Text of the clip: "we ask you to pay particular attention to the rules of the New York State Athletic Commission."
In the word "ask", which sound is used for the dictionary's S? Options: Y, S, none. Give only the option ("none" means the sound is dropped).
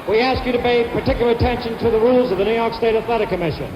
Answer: S